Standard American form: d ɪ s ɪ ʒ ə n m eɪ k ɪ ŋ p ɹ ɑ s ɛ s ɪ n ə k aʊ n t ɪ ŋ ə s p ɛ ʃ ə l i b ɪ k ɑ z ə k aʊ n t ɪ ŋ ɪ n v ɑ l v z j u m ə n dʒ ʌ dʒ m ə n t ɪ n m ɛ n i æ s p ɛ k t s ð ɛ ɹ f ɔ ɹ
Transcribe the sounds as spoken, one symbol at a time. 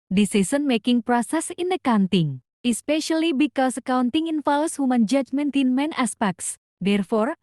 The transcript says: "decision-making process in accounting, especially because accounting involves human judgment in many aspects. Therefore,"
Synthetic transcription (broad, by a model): d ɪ s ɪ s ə n m eɪ k ɪ ŋ p ɹ ɑ s ɛ s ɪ n ə k aʊ n t ɪ ŋ ə s p ɛ ʃ ə l i b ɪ k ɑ s ə k aʊ n t ɪ ŋ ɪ n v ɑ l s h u m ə n dʒ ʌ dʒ m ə n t ɪ n m ɛ n i s p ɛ k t s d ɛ ɹ f ɔ ɹ